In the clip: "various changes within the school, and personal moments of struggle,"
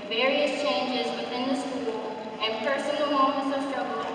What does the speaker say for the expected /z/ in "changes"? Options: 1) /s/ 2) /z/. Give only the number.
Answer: 2